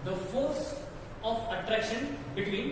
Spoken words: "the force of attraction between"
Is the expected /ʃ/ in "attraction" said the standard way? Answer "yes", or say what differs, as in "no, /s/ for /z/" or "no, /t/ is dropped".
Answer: yes